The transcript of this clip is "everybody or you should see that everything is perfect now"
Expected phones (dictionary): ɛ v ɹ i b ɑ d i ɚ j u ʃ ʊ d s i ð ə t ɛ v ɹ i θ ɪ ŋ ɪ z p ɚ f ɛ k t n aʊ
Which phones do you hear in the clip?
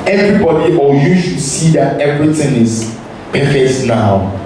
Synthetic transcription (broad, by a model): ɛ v ɹ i b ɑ d i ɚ j u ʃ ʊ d s i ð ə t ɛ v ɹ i t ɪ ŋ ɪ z p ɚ f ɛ k t n aʊ